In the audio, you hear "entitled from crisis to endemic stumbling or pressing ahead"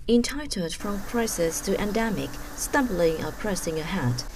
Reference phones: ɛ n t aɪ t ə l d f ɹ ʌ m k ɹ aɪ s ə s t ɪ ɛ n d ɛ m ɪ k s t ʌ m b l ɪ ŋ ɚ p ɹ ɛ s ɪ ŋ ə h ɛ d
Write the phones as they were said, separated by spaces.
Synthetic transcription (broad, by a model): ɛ n t aɪ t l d f ɹ ʌ m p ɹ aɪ s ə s t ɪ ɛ n d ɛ m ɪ k s t ʌ m b l ɪ ŋ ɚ p ɹ ɛ s ɪ ŋ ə h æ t